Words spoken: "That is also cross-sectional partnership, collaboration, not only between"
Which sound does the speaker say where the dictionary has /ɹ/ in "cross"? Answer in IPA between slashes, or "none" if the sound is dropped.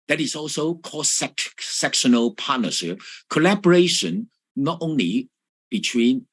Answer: none